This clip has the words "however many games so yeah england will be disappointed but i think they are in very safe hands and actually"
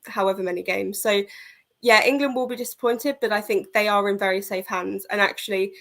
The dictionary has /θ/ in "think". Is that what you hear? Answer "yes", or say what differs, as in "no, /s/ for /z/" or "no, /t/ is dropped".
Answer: yes